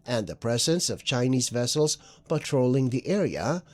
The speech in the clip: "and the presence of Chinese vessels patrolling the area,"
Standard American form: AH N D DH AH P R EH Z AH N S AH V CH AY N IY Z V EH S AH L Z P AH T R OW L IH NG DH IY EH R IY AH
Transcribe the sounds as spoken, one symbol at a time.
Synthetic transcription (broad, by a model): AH N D DH AH P R EH Z AH N S AH V CH AY N IY Z V EH S L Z P AH T R OW L IH NG DH IY EH R IY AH